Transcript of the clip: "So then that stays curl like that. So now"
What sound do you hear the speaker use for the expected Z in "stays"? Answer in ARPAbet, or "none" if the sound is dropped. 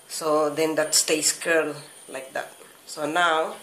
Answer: S